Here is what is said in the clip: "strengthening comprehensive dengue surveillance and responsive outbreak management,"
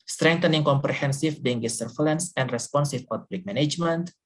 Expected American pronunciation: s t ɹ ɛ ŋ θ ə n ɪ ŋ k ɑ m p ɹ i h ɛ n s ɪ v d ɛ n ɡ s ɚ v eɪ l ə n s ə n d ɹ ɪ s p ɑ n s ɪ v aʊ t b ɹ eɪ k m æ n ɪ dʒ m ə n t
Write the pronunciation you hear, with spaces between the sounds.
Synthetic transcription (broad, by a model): s t ɹ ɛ ŋ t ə n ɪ ŋ k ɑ m p ɹ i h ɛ n s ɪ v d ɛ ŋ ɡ s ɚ f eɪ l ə n s ə n d ɹ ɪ s p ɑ n s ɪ p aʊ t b l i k m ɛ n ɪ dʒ m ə n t